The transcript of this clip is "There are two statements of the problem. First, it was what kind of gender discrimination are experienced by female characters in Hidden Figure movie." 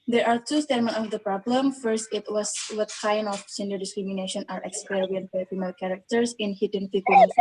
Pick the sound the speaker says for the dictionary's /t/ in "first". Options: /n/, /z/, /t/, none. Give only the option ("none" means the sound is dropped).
/t/